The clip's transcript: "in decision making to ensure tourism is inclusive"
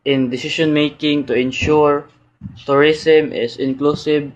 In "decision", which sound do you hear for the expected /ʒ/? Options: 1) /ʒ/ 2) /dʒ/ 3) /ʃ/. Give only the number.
3